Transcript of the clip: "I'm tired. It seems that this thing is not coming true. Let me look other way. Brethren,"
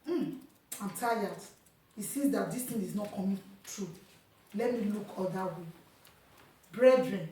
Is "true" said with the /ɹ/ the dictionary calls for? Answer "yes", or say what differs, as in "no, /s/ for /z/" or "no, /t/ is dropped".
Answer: yes